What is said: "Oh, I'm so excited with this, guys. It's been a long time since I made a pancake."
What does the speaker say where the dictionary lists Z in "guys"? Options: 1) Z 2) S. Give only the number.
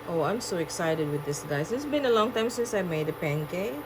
2